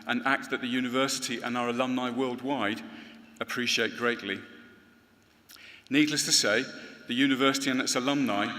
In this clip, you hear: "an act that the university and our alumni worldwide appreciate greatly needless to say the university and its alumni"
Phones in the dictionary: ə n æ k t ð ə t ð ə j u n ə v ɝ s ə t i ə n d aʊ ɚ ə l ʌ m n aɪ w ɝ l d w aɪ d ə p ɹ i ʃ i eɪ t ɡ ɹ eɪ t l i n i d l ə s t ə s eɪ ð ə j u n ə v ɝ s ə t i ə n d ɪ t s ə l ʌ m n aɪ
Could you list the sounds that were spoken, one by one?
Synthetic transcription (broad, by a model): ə n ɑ k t ð ə t ð ə j u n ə v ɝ s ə t i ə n aʊ ɚ ə l ʌ m n aɪ w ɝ l d w aɪ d ə p ɹ i ʃ i eɪ t ɡ ɹ eɪ t l i n i d l ə s t ə s eɪ ð ə j u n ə v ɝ s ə t i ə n ɪ t s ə l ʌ m n aɪ